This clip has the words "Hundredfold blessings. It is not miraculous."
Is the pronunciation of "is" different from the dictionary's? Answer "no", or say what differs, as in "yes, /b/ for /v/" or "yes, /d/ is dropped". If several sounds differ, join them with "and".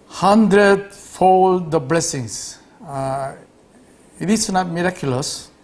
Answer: yes, /s/ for /z/